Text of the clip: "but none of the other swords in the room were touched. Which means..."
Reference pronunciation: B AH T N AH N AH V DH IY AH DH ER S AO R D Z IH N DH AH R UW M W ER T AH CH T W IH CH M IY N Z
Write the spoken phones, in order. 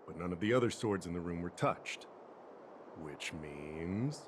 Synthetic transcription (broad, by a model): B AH T N AH N AH V DH IY AH DH ER S AO R D Z IH N DH AH R UW M W ER T AH CH T W IH CH M IY N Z